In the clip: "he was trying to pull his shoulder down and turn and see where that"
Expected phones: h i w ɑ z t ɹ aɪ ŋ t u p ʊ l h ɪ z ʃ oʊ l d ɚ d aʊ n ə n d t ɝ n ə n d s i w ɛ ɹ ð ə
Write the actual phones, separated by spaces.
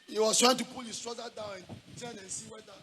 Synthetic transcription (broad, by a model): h i w ɑ s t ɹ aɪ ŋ t u p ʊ l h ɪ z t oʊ d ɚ d aʊ n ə n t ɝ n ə n s i w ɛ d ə